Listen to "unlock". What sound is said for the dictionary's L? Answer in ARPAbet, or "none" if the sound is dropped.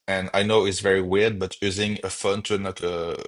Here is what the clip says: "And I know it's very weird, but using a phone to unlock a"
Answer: none